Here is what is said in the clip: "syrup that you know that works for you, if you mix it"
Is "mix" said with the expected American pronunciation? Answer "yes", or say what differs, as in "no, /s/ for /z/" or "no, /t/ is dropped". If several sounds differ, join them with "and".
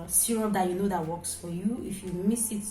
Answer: no, /k/ is dropped